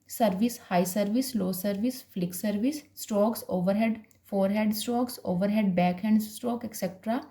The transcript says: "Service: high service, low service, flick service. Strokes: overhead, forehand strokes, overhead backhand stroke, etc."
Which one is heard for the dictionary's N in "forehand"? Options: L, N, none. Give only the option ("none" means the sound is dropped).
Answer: none